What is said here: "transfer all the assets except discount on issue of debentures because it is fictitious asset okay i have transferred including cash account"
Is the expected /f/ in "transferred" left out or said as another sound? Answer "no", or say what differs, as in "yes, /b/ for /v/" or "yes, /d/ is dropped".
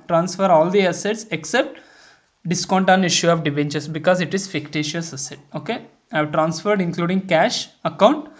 no